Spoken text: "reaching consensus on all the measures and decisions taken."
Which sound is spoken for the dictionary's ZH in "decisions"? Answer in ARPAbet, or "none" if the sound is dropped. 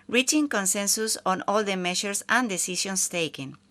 S